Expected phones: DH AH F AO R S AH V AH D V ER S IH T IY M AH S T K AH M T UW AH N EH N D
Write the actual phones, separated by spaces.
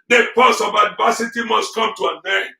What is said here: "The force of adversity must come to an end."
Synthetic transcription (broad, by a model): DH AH P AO S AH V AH D V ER S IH T IY M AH S T K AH M T UW AH N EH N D